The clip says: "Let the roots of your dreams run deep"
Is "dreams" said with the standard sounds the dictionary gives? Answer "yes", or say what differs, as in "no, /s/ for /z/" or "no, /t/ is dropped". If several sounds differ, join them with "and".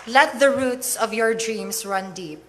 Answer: no, /s/ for /z/